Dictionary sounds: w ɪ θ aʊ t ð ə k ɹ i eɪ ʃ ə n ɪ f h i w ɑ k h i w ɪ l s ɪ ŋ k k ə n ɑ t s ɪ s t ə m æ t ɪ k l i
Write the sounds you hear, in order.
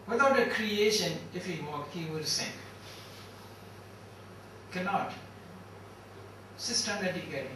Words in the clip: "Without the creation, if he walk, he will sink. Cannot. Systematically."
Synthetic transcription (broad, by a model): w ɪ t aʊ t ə k ɹ i eɪ ʃ ə n ɪ f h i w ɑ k h i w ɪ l s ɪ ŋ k k ə n ɑ t s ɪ s t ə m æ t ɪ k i